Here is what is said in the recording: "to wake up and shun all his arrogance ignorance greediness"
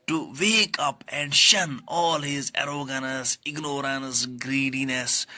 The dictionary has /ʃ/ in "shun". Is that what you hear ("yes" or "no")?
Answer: yes